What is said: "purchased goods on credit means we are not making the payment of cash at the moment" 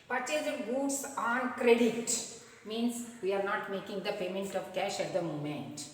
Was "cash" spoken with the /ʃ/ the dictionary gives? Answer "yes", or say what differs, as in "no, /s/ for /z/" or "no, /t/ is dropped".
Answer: yes